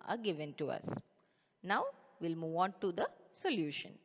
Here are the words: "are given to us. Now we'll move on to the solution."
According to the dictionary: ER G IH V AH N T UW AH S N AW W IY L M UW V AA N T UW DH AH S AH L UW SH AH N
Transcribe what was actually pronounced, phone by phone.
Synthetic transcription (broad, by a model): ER G IH V AH N T UW AH S N AW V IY L M UW V AA N T UW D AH S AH L UW SH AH N